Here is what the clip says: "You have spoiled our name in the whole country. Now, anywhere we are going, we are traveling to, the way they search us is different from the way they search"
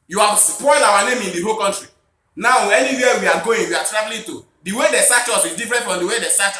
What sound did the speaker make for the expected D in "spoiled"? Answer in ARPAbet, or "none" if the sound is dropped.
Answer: none